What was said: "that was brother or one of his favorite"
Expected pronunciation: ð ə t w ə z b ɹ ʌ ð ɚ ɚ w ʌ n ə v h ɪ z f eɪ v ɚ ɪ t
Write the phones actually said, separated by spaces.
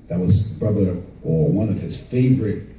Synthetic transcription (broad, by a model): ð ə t w ə z b ɹ ʌ ð ɚ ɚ w ʌ n ə v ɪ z f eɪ v ɚ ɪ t